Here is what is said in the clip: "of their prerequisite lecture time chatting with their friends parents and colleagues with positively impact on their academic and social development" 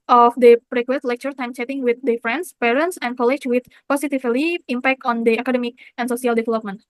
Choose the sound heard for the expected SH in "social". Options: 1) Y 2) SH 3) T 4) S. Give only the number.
4